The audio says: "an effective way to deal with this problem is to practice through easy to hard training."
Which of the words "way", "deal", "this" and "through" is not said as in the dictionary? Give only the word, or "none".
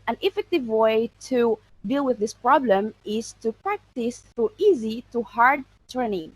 through